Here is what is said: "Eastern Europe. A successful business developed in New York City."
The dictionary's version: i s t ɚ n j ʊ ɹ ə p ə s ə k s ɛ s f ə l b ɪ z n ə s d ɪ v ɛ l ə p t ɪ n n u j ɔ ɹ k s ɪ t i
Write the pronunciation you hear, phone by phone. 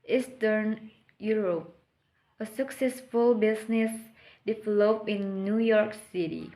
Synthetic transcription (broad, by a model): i s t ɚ n j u ɹ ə p ə s ə k s ɛ s f ə l b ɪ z n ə s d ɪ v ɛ l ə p ɪ n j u j ɔ ɹ k s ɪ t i